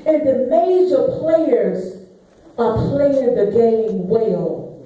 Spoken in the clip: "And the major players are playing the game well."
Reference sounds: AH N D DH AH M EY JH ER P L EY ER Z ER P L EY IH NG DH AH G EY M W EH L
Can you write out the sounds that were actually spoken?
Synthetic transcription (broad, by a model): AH N DH AH M EY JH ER P L EY ER Z ER P L EY IH NG DH AH G EY M W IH L